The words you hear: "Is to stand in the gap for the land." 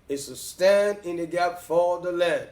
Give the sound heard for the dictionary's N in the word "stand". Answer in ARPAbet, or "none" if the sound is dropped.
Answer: N